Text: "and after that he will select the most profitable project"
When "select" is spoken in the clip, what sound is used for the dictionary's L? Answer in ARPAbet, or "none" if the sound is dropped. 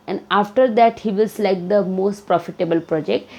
none